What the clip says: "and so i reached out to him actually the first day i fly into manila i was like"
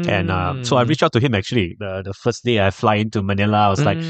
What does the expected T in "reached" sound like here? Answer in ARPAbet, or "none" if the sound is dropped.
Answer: none